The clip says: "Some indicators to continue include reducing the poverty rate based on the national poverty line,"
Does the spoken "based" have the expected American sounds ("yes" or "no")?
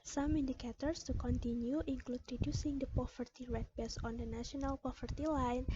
no